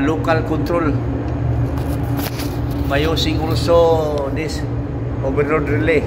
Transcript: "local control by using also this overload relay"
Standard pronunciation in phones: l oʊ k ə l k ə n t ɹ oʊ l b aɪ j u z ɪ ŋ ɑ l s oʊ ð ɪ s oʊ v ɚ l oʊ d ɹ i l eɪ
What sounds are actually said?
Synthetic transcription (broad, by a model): l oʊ k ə l k ə n t ɹ oʊ l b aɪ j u s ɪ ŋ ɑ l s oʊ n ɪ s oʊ b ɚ n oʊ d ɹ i l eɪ